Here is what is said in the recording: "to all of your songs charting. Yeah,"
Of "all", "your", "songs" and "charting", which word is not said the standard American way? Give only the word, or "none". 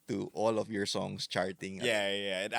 songs